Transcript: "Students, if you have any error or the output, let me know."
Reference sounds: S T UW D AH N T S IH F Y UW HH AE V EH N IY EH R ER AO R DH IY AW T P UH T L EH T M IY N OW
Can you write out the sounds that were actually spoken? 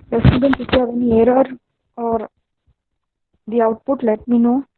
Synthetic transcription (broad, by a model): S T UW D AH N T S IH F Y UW HH AE V EH N IY EH R ER AO R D IY AW T P UH T L EH T M IY N OW